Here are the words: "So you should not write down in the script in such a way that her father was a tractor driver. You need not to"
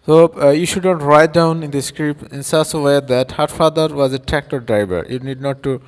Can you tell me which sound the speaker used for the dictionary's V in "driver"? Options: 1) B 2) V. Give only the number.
1